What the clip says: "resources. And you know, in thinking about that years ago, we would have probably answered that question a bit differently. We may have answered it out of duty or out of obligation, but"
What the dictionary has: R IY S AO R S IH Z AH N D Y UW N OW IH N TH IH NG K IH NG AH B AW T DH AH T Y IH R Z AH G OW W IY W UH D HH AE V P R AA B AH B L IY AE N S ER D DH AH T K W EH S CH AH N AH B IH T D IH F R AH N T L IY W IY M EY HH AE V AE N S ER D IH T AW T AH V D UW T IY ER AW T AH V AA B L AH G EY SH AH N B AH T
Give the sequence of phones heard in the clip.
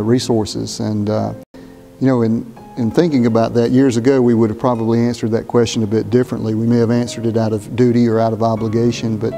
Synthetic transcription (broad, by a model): R IY S AO R S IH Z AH N Y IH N OW IH N TH IH NG K IH NG AH B AW T DH AH T Y IH R Z AH G OW W IY W UH D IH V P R AA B AH B L IY AE N S ER D DH AH T K W EH S CH AH N AH B IH T D IH F R AH N T L IY W IY M EY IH V AE N S ER D IH T AW T AH V D UW T IY ER AW T AH V AA B L AH G EY SH AH N B AH T